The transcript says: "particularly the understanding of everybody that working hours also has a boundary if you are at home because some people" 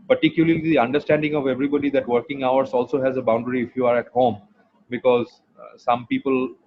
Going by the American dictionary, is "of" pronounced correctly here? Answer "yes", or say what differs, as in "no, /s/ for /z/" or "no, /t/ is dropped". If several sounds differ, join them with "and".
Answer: yes